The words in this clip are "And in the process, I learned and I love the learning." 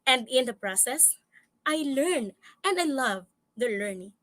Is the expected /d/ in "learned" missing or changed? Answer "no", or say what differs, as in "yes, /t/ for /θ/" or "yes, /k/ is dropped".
yes, /d/ is dropped